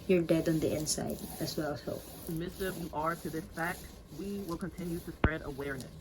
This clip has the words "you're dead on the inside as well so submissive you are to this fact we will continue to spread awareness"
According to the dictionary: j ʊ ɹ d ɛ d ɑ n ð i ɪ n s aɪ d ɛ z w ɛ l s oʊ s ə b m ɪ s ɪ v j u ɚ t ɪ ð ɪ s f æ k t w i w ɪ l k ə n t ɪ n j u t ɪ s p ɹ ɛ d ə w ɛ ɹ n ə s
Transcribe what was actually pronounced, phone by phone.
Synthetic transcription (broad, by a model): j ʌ ɹ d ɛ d n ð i ɪ n s aɪ d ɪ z w ɛ l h oʊ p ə m ɪ s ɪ v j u ɚ t ɪ ð ɪ s f æ k t w i w ɪ l k ə n t ɪ n j u t ɪ s p ɹ ɛ d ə w ɛ ɹ n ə s